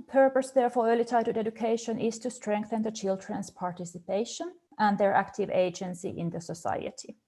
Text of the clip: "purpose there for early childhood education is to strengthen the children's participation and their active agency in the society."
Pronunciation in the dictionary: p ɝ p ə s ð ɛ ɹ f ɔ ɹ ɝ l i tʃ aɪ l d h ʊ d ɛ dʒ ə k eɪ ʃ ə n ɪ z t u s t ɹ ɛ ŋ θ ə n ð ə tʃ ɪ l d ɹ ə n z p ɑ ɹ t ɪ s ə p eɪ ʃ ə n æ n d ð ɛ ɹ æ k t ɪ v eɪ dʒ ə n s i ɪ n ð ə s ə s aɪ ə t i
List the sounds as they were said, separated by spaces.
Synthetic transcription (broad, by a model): p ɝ p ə s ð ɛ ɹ f ɔ ɹ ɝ l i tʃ aɪ d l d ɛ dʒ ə k eɪ ʃ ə n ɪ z t u s t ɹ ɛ ŋ θ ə n ð ə tʃ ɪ l d ɹ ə n s p ɑ ɹ t ɪ s ə p eɪ ʃ ə n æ n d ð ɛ ɹ æ k t ɪ v eɪ dʒ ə n s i ɪ n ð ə s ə s aɪ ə t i